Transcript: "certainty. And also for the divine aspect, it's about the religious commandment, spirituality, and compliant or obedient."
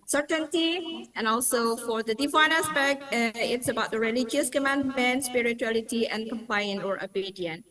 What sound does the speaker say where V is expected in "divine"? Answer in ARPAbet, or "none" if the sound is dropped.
F